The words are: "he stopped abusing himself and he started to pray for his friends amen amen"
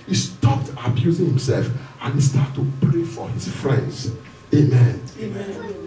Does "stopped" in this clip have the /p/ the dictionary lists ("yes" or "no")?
yes